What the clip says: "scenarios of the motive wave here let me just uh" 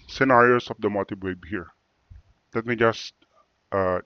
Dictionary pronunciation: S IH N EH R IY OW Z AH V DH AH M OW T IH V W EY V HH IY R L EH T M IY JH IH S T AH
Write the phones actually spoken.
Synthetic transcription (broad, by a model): S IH N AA R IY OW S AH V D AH M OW T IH B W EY B HH IY R L EH T M IY JH IH S T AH